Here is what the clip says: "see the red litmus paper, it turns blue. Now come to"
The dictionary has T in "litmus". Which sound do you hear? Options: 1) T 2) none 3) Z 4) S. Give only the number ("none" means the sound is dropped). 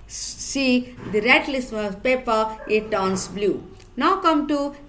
4